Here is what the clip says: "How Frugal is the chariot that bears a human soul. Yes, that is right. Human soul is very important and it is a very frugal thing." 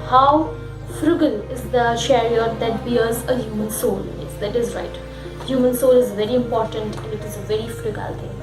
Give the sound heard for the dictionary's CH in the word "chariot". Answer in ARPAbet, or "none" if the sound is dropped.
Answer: SH